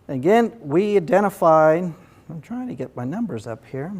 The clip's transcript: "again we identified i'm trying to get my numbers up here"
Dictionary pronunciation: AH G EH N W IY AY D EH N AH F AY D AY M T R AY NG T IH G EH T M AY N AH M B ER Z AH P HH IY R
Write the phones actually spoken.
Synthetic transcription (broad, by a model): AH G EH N W IY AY D EH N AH F AY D AY M T R AY NG T IH G EH T M AY N AH M B ER Z AH P HH IY R